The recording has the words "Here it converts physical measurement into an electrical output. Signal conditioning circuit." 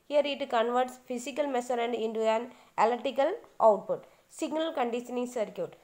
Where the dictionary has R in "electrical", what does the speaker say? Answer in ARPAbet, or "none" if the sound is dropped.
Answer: none